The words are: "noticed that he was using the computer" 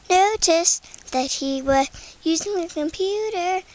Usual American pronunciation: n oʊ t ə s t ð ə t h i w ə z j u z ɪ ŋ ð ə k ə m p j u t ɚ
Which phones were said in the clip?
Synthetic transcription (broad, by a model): n oʊ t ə s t ð ə t h i w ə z j u z ɪ ŋ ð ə k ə m p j u t ɚ